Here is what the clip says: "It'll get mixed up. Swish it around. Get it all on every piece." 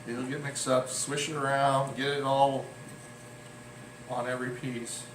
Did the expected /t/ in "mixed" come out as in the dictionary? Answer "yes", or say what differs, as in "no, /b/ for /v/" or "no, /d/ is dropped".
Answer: no, /t/ is dropped